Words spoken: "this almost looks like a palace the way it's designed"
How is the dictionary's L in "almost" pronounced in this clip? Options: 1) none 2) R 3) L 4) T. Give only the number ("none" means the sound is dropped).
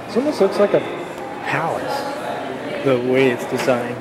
1